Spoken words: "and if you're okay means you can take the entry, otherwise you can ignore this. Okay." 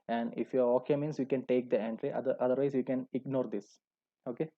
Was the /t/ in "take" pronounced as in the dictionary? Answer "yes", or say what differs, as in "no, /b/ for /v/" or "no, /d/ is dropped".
yes